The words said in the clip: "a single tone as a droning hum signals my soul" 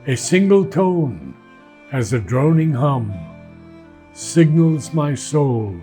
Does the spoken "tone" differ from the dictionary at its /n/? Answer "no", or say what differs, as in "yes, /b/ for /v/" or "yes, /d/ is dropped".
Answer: no